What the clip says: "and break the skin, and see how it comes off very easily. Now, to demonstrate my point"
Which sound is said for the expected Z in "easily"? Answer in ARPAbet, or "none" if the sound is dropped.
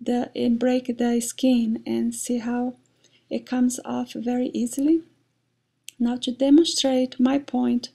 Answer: Z